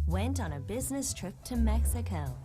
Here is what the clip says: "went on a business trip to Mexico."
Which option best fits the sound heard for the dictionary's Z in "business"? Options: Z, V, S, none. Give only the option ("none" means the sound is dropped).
Z